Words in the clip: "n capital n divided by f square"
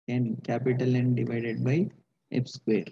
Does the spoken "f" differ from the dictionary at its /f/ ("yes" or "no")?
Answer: yes